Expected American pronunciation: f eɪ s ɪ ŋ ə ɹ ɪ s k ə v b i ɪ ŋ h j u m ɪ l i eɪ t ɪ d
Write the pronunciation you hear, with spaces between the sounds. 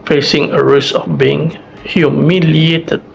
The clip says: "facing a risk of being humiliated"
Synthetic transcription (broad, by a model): f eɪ s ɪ ŋ ə ɹ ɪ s ə f b i ɪ ŋ h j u m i l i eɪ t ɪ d